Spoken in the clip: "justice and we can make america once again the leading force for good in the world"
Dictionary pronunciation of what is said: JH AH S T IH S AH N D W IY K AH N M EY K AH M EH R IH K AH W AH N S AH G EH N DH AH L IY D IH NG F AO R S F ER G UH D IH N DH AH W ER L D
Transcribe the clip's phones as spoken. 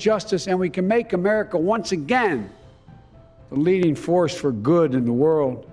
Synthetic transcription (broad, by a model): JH AH S T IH S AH N W IY K AH N M EY K AH M EH R IH K AH W AH N S AH G EH N DH AH L IY D IH NG F AO R S F ER G UH D IH N DH AH W ER L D